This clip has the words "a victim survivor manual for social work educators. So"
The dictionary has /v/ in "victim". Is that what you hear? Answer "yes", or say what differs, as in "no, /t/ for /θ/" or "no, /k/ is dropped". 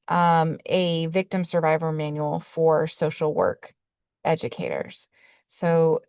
yes